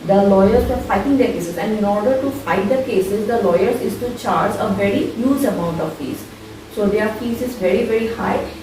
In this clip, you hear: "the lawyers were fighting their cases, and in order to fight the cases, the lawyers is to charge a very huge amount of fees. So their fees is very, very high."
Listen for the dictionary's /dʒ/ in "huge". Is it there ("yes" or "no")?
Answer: no